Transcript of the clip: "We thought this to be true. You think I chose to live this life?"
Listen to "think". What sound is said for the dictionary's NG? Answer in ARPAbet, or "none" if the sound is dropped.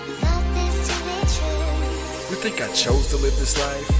NG